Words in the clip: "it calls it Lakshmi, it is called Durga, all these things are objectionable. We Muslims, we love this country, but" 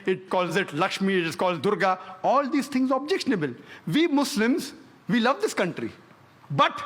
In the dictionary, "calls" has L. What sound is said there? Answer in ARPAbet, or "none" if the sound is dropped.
L